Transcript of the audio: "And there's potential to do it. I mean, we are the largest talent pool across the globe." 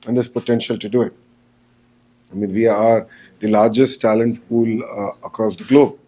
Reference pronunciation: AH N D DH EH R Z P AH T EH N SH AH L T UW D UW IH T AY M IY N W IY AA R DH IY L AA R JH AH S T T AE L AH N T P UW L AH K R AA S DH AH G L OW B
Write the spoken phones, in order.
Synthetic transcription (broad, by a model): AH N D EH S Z P AH T EH N SH AH L T UW D UW IH T AY M IY N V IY AA R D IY L AA R JH AH S T T AE L AH N T P UW L AH K R AA S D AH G L OW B